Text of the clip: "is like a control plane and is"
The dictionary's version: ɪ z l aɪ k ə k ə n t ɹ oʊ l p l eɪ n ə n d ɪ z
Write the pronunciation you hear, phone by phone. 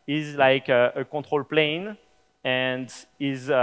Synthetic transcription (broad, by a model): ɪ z l aɪ k ə k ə t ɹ oʊ l p l eɪ n ə n d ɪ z